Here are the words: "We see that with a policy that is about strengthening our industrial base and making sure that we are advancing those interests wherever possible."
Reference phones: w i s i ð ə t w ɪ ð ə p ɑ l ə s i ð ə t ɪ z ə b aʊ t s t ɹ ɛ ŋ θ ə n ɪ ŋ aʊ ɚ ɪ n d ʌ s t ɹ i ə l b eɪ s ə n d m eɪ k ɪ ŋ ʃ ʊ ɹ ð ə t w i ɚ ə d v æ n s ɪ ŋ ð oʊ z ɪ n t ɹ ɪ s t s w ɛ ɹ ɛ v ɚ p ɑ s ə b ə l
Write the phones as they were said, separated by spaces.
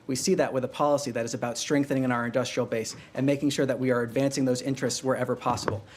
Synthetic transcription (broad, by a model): w i s i ð ə t w ɪ ð ə p ɑ l ə s i ð ə t ɪ z ə b aʊ t s t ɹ ɛ ŋ θ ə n ɪ ŋ aʊ ɚ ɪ n d ʌ s t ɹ i l b eɪ s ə n m eɪ k ɪ ŋ ʃ ʊ ɹ ð ə t w i ɚ ə d v æ n s ɪ ŋ ð oʊ z ɪ n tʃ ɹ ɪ s t s w ɛ ɹ ɛ v ɚ p ɑ s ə b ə l